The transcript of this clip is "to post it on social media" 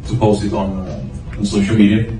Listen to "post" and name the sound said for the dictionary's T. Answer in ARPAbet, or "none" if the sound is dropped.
none